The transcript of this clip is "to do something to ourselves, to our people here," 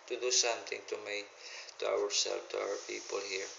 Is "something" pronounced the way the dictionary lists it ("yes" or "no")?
no